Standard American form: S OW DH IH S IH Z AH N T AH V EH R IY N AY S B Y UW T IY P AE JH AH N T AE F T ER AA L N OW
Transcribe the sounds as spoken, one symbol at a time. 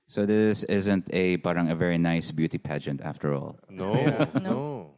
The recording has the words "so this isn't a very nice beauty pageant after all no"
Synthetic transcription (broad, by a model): S OW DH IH S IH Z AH N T AH V EH R IY N AY S B Y UW T IY P AE JH AH N T AE F T ER AA L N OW